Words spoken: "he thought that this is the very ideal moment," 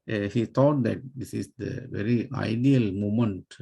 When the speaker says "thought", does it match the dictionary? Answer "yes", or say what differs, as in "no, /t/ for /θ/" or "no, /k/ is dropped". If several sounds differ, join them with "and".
no, /t/ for /θ/